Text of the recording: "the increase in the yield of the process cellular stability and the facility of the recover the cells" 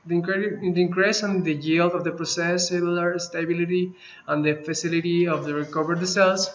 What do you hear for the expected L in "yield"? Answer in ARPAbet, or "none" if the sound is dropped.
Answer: L